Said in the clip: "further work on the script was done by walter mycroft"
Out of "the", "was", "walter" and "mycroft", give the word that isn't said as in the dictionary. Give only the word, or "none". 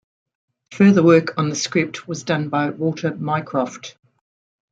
walter